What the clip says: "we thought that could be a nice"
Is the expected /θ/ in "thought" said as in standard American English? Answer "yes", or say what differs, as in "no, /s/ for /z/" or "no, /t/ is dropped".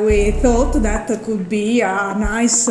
yes